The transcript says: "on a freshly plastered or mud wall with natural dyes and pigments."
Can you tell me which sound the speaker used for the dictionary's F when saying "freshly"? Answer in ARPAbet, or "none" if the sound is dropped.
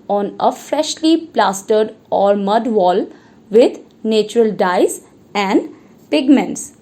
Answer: F